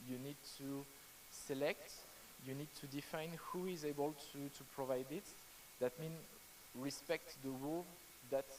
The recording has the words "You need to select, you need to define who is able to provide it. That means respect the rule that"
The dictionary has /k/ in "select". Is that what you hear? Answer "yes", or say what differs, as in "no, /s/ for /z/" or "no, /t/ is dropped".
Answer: yes